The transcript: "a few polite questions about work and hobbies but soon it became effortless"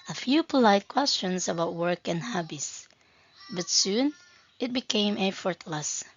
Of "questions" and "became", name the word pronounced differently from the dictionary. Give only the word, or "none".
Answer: questions